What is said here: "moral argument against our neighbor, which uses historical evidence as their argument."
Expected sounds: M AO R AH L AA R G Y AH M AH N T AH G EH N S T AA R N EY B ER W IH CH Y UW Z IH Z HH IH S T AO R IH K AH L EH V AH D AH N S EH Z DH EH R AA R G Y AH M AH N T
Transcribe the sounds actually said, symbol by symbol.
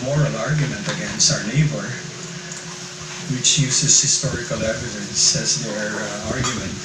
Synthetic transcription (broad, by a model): M AO R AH L AA R G Y AH M AH N T AH G EH N S T AA R N EY B ER W IH CH Y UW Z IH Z HH IH S T AO R IH K AH L EH V AH D AH N S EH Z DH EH R AA R G Y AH M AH N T